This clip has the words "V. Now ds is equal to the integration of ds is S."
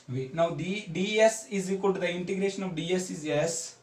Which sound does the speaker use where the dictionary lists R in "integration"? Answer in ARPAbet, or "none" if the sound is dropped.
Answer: R